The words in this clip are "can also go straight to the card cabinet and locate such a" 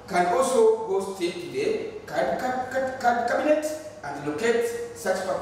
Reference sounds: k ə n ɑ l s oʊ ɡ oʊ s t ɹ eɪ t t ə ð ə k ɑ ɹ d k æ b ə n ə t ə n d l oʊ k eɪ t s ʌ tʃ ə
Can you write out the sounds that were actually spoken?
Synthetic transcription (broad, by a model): k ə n ɑ l s oʊ ɡ oʊ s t eɪ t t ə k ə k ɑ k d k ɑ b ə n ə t ə n d l oʊ k eɪ t s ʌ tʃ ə